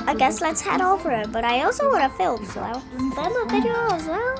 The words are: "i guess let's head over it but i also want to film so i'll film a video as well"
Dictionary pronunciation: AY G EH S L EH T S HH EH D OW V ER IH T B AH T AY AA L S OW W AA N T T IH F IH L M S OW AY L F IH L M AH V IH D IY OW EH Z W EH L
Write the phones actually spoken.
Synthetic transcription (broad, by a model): AY G EH S L EH T S HH EH D OW V ER IH T B AH T AY AA L S OW W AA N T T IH F IH L M S OW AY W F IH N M AH B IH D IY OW Z W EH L